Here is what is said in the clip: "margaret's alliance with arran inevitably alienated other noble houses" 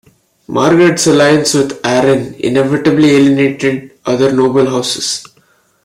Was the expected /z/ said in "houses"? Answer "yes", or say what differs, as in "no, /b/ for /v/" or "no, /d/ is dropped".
no, /s/ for /z/